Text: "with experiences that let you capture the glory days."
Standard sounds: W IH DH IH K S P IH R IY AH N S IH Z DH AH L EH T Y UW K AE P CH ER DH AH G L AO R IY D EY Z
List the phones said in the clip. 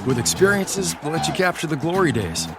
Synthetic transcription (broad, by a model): W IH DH IH K S P IH R IY AH N S IH Z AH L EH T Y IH K AE P CH ER DH AH G L AO R IY D EY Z